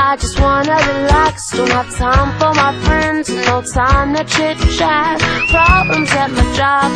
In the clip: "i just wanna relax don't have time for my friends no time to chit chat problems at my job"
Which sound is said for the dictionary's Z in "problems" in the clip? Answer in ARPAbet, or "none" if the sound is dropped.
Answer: Z